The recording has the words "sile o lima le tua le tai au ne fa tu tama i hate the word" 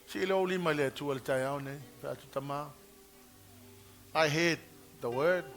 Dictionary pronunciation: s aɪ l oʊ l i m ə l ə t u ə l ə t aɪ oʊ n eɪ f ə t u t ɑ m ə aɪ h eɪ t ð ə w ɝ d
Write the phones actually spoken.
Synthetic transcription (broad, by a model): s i l oʊ l i m ə l ə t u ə l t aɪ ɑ n eɪ p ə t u t ɑ m ə aɪ h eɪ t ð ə w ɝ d